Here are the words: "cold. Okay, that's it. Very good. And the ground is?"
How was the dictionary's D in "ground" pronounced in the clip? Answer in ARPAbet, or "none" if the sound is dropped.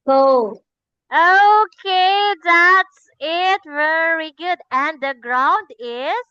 D